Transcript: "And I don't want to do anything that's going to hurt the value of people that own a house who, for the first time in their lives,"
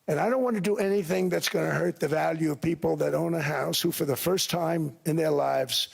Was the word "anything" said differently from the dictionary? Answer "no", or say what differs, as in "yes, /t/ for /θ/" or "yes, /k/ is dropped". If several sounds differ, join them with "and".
no